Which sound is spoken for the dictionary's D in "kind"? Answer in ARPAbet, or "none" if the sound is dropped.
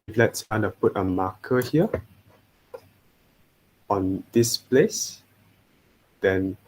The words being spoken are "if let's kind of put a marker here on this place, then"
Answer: none